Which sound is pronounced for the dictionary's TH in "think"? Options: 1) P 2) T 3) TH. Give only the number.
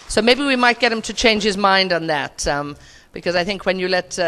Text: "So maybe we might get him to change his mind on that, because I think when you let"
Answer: 3